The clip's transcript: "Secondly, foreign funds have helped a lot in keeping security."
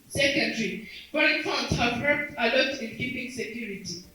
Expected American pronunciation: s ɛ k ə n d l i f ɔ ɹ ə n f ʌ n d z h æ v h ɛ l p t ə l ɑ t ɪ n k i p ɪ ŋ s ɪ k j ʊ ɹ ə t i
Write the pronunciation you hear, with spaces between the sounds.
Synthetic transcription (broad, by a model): s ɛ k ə n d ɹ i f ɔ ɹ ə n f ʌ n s h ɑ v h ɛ p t ə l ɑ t ɪ n k i p ɪ ŋ s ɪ k j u ɹ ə t i